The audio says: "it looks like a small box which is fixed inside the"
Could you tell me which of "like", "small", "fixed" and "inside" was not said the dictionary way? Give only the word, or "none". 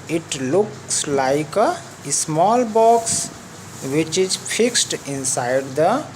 none